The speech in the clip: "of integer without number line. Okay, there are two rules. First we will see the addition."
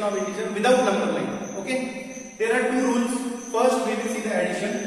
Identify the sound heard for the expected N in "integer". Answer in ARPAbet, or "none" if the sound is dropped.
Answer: none